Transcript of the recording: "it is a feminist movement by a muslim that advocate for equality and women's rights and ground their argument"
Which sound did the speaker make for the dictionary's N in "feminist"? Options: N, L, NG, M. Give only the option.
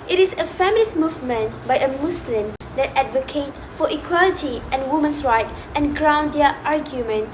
L